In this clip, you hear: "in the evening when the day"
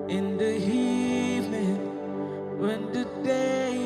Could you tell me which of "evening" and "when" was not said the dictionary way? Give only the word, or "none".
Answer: evening